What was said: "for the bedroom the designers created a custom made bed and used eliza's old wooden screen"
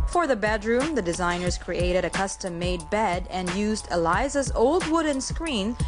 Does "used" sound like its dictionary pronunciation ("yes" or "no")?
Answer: yes